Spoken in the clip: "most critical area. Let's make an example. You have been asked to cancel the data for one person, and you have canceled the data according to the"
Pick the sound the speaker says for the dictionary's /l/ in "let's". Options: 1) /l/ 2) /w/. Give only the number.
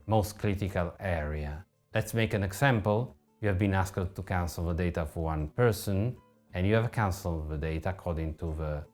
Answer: 1